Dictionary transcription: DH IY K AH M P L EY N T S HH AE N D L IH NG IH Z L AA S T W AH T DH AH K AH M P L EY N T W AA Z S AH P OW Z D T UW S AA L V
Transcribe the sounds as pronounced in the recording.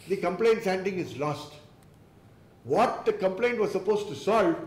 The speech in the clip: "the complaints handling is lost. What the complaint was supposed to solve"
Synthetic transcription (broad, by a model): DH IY K AH M P L EY N T S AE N D IH NG IH Z L AA S T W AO T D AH K AH M P L EY N T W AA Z S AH P OW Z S T UW S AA L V